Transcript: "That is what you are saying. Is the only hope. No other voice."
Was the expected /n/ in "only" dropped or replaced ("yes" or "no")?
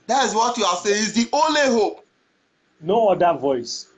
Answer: no